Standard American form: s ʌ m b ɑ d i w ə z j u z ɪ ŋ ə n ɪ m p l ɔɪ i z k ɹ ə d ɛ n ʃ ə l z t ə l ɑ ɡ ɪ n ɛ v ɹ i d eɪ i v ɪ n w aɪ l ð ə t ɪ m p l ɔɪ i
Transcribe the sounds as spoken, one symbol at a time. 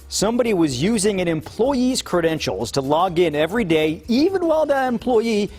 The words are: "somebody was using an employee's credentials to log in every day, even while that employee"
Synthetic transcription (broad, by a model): s ʌ m b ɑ d i w ə z j u z ɪ ŋ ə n ɪ m p l ɔɪ i z k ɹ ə d ɛ n ʃ l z t ə l ɑ ɡ ɪ n ɛ v ɹ i d eɪ i v ɪ n w aɪ l ð ə t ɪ m p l ɔɪ i